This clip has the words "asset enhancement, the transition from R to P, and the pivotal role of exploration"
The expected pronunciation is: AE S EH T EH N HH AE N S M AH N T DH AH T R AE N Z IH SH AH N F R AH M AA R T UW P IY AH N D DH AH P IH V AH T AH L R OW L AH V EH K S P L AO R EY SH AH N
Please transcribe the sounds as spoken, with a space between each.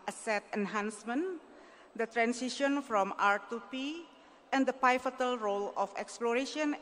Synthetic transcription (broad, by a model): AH S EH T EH N HH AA N S M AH N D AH T R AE N S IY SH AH N F R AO M AA R T UW P IY AH N D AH P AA F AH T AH L R OW L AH F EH K S P L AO R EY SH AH N